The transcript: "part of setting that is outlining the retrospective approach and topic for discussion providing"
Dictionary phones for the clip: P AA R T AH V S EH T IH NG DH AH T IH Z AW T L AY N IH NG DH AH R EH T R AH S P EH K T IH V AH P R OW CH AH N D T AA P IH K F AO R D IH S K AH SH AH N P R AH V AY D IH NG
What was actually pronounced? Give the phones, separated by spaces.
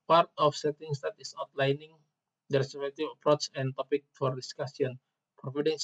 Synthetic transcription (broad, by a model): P AA R T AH F S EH T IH NG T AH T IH S AW T L AY N IH NG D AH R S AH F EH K T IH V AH P R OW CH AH N T AA P IH K F AO R D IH S K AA S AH N P R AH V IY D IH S